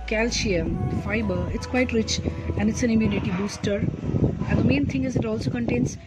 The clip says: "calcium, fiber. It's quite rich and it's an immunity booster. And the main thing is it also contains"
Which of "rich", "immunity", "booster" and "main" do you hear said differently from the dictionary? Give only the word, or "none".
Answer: none